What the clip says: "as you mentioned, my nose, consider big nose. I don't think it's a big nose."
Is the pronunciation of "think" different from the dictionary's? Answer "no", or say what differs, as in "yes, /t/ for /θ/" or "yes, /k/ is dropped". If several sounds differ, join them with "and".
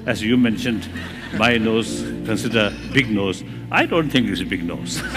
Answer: yes, /t/ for /θ/